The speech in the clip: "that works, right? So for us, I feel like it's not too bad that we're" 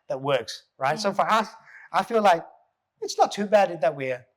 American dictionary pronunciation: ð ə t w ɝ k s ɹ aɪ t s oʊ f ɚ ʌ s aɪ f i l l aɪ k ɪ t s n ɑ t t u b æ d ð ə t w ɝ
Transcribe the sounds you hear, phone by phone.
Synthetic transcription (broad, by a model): ð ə t w ɝ k s ɹ aɪ t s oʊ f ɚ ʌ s aɪ f i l l aɪ k ɪ t s n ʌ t t u b æ d ð ə t w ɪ